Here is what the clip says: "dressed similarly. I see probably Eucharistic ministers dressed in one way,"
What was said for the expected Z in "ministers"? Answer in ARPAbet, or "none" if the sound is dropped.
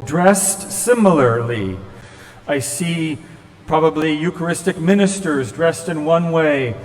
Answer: Z